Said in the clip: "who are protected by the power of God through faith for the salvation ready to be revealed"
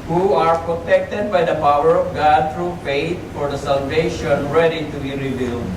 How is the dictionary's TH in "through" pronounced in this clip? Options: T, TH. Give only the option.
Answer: T